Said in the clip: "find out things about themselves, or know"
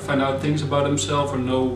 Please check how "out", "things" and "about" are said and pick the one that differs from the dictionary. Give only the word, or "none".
none